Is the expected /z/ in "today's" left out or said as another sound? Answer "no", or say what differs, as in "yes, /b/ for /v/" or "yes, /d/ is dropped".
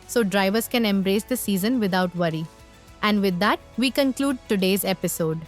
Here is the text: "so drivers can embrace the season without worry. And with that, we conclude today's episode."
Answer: no